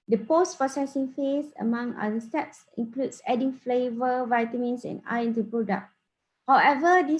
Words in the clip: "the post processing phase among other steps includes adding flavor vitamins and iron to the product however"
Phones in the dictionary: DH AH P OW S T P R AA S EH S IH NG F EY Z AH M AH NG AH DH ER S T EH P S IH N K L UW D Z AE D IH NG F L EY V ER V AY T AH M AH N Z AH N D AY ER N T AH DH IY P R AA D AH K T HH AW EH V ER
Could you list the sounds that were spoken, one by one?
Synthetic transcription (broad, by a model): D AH P OW S T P AA S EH S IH NG F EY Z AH M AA NG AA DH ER S T EH P S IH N K L UW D S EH D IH NG F L EY V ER V AY T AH M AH N S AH N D AY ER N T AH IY P R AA D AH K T HH AW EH V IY